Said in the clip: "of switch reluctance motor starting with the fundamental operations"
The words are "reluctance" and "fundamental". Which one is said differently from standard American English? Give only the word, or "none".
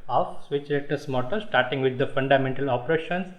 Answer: reluctance